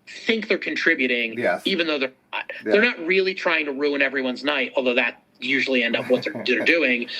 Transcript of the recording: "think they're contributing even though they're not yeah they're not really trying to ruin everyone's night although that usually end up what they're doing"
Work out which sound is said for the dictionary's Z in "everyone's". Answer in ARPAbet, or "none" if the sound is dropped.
Z